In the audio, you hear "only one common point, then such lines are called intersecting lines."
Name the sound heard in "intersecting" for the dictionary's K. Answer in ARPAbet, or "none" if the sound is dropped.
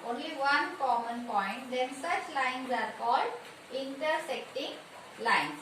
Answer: K